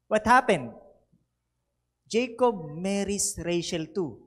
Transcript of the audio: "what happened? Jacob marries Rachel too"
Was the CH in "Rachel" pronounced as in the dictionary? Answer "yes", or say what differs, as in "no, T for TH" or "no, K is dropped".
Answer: no, SH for CH